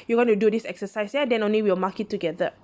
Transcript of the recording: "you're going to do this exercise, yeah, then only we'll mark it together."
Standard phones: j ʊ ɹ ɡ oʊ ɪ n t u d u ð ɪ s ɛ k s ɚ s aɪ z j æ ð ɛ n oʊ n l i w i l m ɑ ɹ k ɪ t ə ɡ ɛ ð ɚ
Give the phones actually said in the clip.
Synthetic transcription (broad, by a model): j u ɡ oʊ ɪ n t u d u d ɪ s ɛ k s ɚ s aɪ s j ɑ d ɛ n oʊ n l i w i w m ɑ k ɪ t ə ɡ ɛ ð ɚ